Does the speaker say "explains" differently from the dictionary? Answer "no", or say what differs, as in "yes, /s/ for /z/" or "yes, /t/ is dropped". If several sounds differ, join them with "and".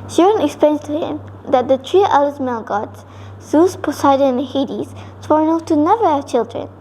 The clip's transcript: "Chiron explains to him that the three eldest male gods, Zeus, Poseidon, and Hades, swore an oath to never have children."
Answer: yes, /z/ is dropped